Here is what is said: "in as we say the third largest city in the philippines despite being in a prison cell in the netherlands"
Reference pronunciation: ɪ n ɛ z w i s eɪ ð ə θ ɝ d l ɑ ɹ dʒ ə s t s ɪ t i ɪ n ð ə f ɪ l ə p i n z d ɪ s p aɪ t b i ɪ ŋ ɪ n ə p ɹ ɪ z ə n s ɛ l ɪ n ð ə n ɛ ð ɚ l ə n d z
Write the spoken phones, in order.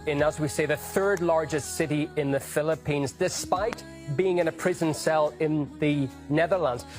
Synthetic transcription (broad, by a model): ɪ n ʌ z w i s eɪ ð ə θ ɝ d l ɑ ɹ dʒ ə s t s ɪ t i ɪ n ð ə f ɪ l ə p i n z d ɪ s p aɪ t b i ɪ ŋ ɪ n ə p ɹ ɪ z ə n s ɛ l ɪ n ð ə n ɛ ð ɚ l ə n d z